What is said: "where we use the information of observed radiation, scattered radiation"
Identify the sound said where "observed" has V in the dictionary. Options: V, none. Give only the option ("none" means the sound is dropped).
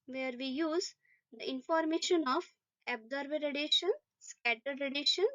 none